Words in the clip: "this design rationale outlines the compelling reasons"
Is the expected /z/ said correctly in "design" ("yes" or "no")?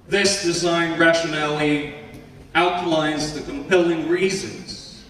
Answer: yes